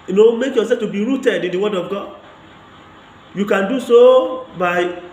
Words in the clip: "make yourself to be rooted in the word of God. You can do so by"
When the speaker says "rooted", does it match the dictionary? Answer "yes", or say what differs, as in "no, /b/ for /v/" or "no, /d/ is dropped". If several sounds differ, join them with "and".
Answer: yes